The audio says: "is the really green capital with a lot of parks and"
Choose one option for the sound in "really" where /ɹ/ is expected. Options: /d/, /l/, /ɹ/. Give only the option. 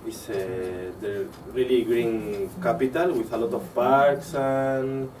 /ɹ/